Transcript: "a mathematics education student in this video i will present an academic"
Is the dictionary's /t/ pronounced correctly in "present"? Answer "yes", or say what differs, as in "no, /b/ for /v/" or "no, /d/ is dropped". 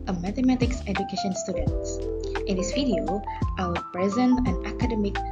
no, /t/ is dropped